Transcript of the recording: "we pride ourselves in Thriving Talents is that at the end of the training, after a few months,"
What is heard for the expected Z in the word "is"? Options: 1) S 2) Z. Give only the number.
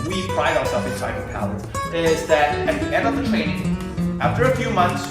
2